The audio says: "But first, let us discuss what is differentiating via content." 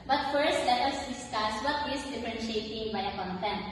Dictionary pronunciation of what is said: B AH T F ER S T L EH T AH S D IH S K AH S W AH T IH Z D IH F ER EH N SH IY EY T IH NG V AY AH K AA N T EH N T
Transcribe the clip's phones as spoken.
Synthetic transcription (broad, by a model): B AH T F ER S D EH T AH S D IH S K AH S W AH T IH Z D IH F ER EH N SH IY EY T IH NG B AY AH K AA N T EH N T